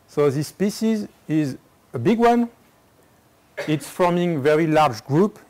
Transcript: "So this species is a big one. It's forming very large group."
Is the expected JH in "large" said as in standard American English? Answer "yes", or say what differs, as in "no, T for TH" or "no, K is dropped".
yes